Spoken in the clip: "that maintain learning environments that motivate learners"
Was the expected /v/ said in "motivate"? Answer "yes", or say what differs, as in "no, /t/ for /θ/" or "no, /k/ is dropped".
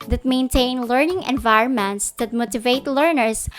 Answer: yes